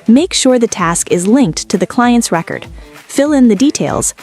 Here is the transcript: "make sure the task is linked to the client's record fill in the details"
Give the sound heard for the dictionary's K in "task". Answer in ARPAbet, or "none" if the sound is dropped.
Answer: K